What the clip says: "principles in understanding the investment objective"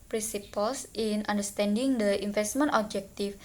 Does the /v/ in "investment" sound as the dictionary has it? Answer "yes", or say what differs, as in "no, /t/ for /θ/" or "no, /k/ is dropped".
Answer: no, /f/ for /v/